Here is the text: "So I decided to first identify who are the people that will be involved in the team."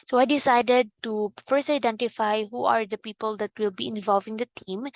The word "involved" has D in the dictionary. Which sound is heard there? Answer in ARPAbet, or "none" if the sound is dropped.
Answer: none